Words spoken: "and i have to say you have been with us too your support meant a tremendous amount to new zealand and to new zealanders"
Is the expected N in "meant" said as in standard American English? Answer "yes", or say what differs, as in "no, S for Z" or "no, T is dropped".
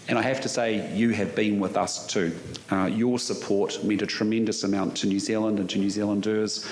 no, N is dropped